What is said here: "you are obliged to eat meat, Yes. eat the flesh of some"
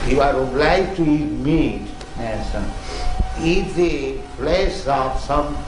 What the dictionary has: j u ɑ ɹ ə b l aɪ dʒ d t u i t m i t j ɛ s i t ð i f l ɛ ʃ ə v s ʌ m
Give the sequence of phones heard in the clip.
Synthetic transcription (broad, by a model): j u ɑ ɹ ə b l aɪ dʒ t u i t m i t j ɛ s i t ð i p l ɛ s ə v s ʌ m